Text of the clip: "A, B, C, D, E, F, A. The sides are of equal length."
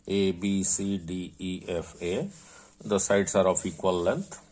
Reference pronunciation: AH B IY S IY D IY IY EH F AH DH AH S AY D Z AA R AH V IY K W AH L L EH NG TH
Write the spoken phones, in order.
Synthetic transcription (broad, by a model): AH B IY S IY D IY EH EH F AH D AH S AY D S AA R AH P IY K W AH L L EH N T